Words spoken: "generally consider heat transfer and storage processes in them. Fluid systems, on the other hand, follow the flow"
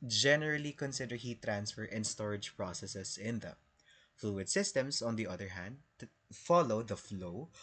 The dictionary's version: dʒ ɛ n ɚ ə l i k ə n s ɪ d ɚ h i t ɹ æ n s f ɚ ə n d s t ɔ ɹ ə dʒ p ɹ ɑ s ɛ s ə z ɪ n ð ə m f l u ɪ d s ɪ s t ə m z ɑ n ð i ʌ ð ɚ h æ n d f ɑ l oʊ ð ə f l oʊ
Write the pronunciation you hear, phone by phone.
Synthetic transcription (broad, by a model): dʒ ɛ n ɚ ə l i k ə n s ɪ d ɚ h i t ɹ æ n s f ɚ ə n s t ɔ ɹ ə dʒ p ɹ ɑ s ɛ s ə s ɪ n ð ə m f l u ɪ d s ɪ s t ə m s ɑ n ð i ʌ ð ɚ h æ n d f ɑ l oʊ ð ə f l oʊ